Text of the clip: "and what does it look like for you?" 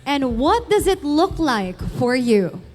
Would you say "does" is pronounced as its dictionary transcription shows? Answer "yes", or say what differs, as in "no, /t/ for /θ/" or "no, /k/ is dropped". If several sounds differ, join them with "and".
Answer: yes